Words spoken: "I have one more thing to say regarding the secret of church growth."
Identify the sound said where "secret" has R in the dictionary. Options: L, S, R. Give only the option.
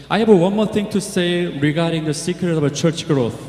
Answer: R